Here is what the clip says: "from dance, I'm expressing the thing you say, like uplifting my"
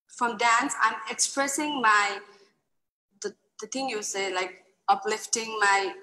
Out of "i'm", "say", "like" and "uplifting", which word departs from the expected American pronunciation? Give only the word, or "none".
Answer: none